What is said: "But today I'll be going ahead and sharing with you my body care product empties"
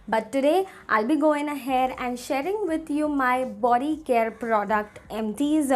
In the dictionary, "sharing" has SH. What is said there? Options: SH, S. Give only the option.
SH